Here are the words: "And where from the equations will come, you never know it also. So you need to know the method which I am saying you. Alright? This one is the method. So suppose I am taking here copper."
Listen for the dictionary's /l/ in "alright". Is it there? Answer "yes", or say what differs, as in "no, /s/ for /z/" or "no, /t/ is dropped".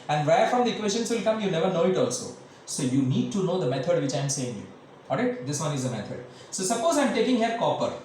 no, /l/ is dropped